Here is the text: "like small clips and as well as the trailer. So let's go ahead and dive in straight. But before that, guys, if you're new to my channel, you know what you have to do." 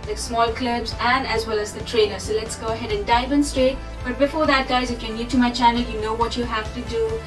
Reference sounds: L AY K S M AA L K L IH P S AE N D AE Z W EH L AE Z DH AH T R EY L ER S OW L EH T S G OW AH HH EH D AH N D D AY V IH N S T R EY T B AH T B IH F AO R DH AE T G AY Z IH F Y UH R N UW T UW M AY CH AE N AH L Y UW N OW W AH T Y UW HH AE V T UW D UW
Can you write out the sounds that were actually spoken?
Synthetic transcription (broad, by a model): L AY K S M AA L K L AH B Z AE N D AE Z W EH L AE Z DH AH T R EY N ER S OW L EH T S G OW AH HH EH D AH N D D AY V IH N S T R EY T B AH T B IH F AO R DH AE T G AY Z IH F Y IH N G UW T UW M AY CH AE N AH L Y UW N OW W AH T Y UW HH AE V T UW D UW